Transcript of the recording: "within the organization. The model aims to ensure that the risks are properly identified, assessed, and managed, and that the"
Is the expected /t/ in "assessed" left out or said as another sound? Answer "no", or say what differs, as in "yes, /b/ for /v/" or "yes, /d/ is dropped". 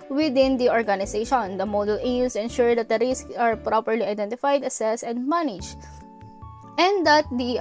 yes, /t/ is dropped